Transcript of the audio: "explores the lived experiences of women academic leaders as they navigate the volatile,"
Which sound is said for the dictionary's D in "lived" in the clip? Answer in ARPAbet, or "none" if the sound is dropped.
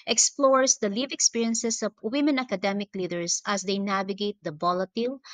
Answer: none